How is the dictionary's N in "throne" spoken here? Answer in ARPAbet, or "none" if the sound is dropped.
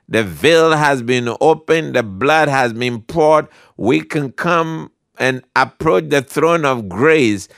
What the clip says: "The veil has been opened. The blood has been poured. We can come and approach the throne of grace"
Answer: N